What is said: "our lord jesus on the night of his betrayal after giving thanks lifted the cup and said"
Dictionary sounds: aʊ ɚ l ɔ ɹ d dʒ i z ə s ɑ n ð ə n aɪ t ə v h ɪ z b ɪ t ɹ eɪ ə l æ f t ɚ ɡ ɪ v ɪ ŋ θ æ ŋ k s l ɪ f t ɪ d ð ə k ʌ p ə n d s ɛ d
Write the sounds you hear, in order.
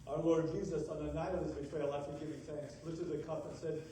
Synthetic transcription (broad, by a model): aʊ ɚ l ɔ ɹ d dʒ i z ə s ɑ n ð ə n aɪ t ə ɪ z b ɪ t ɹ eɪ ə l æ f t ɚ ɡ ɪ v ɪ θ æ ŋ k s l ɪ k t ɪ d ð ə k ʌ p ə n s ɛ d